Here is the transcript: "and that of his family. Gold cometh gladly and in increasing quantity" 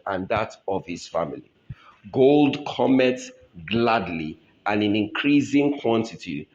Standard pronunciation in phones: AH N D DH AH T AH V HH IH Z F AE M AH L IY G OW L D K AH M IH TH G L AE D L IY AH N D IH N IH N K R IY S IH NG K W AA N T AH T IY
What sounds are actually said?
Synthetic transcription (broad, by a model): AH N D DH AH T AH V HH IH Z F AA M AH L IY G OW L D K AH M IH T G L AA D L IY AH N IH N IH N K R IY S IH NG K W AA N T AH T IY